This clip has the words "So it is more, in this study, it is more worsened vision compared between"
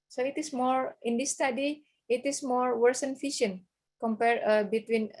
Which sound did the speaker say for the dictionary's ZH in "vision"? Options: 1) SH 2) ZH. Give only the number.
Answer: 1